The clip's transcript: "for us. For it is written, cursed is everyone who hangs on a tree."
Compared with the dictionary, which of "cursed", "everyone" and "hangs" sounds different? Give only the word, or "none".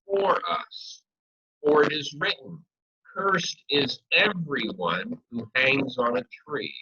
none